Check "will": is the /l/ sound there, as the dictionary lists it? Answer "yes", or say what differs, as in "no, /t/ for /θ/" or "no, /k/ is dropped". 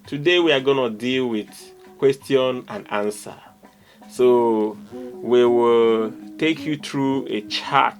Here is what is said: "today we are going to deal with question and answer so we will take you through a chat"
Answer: yes